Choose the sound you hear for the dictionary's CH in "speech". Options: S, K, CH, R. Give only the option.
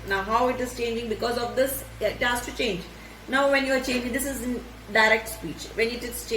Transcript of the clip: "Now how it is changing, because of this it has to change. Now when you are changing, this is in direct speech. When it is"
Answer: CH